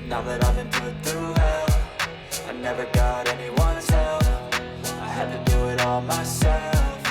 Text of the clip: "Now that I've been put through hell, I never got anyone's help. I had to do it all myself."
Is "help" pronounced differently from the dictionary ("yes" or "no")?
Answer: yes